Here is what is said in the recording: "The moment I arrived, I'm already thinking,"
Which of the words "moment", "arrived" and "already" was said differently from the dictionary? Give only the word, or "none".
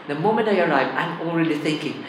arrived